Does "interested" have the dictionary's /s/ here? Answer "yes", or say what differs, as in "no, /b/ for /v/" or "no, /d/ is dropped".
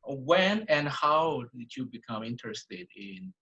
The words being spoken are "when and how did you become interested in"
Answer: yes